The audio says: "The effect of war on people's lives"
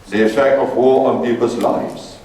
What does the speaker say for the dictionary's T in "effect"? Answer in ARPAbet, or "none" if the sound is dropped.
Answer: none